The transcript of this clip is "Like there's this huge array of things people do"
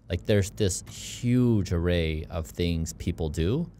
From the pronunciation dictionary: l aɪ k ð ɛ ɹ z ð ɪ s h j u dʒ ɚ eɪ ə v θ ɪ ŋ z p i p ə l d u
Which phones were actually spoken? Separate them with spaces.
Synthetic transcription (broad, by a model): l aɪ k ð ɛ ɹ z ð ɪ s h j u dʒ ɚ eɪ ə v θ ɪ ŋ z p i p l d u